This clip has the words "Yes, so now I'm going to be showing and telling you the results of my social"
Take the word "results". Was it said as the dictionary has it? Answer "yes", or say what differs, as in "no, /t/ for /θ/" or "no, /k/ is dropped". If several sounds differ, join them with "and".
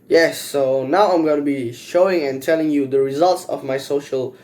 yes